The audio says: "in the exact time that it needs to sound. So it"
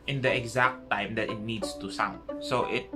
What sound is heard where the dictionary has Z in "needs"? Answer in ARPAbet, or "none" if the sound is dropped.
S